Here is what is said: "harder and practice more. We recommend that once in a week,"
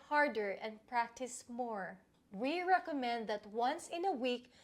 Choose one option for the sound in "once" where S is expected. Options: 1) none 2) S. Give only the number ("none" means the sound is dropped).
2